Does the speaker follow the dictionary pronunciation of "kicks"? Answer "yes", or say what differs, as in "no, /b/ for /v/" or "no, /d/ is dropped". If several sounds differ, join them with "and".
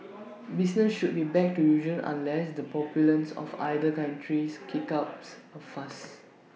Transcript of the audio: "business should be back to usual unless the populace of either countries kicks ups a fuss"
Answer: no, /s/ is dropped